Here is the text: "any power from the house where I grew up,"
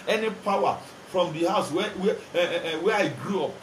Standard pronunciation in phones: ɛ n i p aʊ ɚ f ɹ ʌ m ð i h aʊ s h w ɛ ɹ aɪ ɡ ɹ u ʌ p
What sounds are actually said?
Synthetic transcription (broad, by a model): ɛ n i p aʊ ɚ f ɹ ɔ m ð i h aʊ s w w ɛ w aɪ ɡ ɹ u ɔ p